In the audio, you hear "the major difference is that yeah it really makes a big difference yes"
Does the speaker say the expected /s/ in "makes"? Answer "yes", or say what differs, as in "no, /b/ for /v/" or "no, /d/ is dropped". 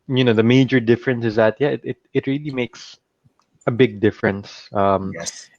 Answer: yes